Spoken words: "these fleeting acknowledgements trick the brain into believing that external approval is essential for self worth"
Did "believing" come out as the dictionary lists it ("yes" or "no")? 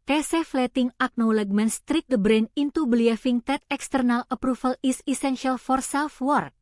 no